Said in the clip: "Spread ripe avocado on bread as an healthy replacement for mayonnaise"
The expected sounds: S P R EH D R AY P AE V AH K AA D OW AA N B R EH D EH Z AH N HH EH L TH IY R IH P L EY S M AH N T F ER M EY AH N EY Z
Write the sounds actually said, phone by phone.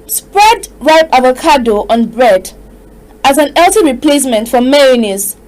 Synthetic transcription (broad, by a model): S P R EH D R AY P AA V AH K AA D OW AA N B R EH D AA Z AH N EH L T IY R IH P L EY S M AH N T F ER M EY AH N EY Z